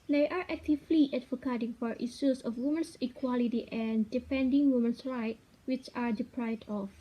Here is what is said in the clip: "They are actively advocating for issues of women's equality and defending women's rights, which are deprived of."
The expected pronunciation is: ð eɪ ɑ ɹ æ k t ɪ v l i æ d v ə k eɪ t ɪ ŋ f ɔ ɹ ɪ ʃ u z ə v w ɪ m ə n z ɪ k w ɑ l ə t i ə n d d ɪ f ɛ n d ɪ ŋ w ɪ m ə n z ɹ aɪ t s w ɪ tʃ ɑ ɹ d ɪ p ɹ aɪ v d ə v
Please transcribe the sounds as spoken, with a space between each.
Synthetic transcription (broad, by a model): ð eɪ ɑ ɹ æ k t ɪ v l i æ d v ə k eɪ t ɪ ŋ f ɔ ɹ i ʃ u s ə f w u m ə n s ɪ k w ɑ l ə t i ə n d d ɪ f ɛ n d ɪ ŋ w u m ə n s ɹ aɪ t w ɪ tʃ ɑ ɹ d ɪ p ɹ aɪ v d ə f